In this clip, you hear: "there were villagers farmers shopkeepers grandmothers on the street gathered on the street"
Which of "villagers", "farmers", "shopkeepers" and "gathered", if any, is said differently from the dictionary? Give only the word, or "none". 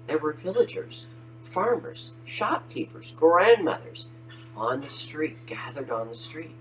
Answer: none